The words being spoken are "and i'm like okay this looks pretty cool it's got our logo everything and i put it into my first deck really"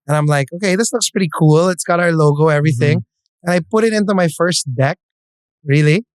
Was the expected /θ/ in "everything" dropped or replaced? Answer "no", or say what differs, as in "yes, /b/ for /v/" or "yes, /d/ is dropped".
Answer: no